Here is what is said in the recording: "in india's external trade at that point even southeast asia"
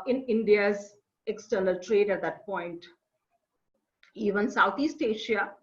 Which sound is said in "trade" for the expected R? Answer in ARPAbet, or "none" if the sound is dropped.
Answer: R